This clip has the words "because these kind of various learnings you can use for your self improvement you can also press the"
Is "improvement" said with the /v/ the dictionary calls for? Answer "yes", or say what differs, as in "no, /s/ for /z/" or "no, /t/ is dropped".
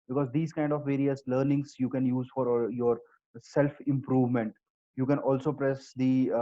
yes